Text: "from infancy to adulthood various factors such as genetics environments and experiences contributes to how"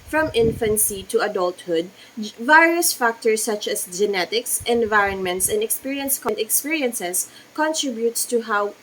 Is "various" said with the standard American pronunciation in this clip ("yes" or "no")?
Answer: yes